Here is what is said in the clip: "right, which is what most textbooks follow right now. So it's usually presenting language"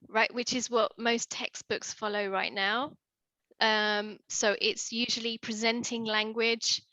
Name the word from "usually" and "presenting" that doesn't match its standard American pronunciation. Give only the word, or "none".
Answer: none